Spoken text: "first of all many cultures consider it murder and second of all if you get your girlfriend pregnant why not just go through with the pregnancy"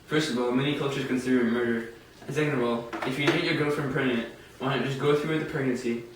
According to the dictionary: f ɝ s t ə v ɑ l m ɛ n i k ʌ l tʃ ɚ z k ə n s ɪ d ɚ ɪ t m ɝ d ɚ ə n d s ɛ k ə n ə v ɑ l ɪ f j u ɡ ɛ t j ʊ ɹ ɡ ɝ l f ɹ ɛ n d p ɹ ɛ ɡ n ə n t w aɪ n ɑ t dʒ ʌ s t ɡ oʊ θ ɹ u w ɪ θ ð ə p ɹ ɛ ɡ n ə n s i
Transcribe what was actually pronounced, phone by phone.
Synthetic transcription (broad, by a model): f ɝ s t ə v ɑ l m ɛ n i k ʌ l tʃ ɚ z k ə n s ɪ d ɚ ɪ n m ɝ d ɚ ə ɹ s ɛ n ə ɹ ɑ l ɪ f j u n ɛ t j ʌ ɹ ɡ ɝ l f ɹ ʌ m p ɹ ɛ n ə t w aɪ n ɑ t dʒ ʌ s ɡ oʊ θ ɹ u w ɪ ð ə p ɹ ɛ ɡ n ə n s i